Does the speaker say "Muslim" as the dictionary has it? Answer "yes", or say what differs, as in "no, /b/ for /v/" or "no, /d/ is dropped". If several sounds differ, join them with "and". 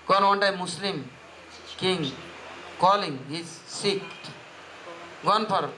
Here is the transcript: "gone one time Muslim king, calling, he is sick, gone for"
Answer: no, /s/ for /z/